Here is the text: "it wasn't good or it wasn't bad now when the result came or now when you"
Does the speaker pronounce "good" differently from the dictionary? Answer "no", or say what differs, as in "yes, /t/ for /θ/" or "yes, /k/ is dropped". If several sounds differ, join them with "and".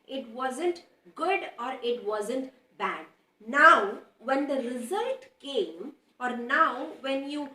no